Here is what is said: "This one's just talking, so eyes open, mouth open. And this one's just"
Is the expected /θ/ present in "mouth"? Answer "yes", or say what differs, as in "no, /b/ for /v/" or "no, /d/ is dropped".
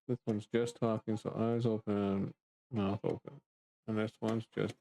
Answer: yes